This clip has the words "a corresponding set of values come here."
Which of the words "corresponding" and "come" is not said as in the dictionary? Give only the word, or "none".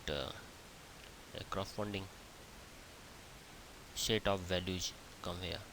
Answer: corresponding